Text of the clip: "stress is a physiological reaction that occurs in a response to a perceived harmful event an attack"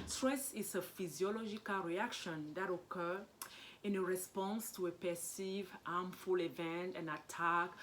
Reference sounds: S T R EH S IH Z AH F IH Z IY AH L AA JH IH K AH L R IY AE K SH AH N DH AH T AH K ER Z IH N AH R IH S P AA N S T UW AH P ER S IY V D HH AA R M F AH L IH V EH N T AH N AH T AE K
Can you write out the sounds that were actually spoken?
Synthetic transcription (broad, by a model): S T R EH S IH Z AH F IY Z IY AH L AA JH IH K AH L R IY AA K SH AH N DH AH T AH K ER IH N AH R IH S P AA N S T UW AH P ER S IY V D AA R M F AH L IH V EH N T AH N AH T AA K